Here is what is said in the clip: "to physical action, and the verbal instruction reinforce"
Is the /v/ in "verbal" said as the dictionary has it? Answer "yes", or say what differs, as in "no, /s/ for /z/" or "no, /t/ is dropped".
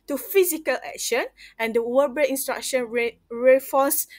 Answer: no, /w/ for /v/